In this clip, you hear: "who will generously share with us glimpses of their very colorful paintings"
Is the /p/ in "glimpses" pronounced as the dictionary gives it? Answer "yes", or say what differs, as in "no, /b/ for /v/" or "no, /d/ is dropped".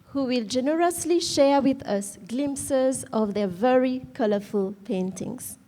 yes